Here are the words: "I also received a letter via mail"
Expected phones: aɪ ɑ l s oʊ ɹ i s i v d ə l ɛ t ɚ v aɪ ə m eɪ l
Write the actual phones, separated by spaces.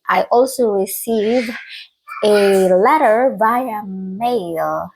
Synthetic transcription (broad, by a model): aɪ ɑ l s oʊ ɹ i s i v ə l ɛ t ɚ b aɪ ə m eɪ l